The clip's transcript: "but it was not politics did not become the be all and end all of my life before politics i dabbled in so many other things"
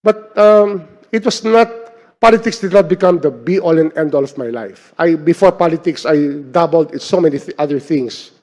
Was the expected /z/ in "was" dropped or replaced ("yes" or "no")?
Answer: yes